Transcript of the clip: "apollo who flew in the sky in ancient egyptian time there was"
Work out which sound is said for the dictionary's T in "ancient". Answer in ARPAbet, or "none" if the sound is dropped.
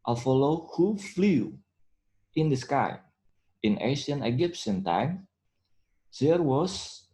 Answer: none